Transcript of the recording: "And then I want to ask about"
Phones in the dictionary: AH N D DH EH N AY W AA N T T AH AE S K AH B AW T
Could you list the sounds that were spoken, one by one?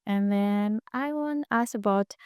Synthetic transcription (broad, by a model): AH N DH EH N AY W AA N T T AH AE S AH B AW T